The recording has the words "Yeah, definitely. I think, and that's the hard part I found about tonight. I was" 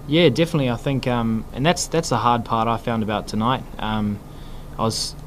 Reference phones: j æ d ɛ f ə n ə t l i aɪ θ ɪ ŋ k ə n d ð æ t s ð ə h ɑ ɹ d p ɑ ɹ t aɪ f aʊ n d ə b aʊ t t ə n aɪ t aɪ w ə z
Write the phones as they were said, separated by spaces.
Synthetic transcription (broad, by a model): j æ d ɛ f ə n ə t l i aɪ θ ɪ ŋ k ə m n ð æ t s ð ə h ɑ ɹ d p ɑ ɹ t aɪ f aʊ n d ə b aʊ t t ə n aɪ t aɪ w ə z